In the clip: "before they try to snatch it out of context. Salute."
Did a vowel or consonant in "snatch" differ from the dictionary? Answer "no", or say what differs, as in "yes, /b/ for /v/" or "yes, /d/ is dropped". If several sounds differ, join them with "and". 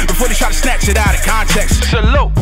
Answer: yes, /s/ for /tʃ/